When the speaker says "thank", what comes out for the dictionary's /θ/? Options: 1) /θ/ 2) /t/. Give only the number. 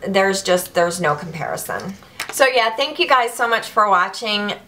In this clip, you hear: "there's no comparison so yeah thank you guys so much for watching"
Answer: 1